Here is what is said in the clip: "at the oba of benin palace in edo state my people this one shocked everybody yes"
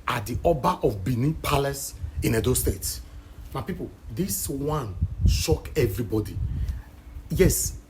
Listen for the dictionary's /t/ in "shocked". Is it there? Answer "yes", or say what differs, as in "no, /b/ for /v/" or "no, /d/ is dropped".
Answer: no, /t/ is dropped